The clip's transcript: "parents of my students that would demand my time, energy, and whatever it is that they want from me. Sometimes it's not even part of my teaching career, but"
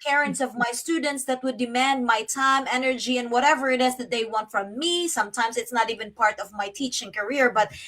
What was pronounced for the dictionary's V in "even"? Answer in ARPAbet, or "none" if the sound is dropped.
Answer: V